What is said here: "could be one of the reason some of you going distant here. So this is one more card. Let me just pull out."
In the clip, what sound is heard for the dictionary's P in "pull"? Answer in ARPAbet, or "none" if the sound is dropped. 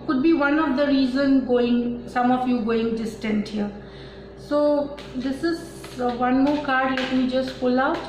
F